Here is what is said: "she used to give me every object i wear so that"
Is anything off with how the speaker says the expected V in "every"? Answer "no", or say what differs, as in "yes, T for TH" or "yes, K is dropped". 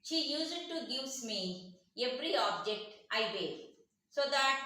yes, P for V